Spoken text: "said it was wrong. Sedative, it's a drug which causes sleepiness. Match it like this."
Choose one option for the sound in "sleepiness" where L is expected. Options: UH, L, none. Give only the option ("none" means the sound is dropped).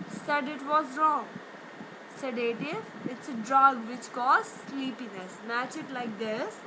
L